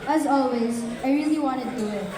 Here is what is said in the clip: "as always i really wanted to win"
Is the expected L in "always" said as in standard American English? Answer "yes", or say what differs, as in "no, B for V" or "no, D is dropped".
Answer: yes